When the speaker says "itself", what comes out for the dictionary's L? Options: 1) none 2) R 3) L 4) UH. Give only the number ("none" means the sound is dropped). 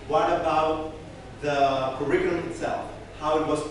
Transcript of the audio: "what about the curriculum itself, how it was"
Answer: 3